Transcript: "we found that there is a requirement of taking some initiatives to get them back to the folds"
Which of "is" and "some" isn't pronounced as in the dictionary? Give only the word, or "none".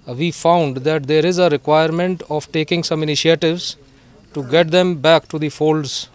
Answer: none